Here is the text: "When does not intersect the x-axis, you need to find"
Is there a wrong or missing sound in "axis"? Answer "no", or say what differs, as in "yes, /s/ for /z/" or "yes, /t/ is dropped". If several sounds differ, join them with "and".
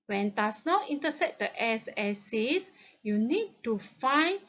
yes, /k/ is dropped